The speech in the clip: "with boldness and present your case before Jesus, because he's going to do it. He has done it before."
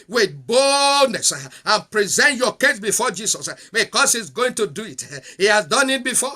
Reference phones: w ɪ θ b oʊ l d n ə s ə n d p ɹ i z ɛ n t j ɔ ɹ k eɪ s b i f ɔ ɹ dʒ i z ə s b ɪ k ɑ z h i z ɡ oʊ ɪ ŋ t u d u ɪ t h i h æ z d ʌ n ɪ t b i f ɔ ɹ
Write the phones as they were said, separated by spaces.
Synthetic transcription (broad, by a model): w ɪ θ b oʊ l d n ə s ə n p ɹ i z ɛ n t j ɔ k eɪ s b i f ɔ dʒ i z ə s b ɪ k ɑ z h i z ɡ oʊ ɪ ŋ t u d u ɪ t h i h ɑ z d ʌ n ɪ t b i f ɔ